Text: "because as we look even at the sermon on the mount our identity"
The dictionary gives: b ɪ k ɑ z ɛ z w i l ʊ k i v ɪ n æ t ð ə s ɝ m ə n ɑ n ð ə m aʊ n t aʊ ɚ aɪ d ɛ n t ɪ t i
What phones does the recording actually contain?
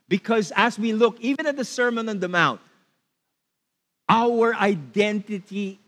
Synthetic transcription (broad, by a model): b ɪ k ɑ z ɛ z w i l ʊ k i v ɪ n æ t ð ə s ɝ m ə n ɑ n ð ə m aʊ n t aʊ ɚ aɪ d ɛ n t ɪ t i